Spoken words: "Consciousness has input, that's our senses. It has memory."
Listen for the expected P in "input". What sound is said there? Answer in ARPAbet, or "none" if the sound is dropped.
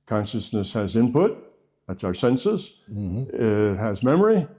P